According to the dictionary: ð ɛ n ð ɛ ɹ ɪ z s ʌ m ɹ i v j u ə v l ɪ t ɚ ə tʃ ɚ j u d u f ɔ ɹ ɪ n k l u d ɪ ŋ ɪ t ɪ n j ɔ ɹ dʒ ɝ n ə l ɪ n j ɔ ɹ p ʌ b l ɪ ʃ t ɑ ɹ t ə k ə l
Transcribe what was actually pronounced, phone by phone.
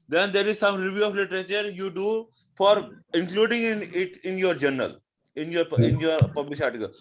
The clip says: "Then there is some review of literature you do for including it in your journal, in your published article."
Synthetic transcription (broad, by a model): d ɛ n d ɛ ɹ ɪ z s ʌ m ɹ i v j u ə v l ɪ t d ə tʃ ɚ j u d u f ɔ ɹ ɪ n k l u d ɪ ŋ ɪ t ɪ n j ɔ ɹ dʒ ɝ n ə l ɪ n j ɔ ɹ p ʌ b l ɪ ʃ ɑ ɹ t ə k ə l